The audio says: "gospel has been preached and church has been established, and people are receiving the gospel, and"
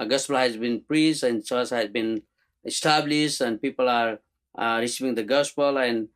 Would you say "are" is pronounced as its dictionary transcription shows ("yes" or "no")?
yes